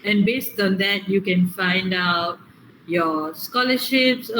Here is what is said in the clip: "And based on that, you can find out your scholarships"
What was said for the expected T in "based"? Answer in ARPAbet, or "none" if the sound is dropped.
T